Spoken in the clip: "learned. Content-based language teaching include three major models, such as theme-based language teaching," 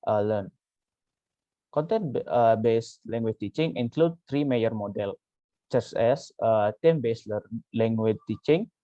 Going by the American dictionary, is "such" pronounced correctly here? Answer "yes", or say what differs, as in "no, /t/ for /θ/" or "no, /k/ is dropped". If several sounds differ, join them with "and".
no, /s/ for /tʃ/